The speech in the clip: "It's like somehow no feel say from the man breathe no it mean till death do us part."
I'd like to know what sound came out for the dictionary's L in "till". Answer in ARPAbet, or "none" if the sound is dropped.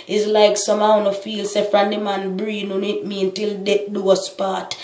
L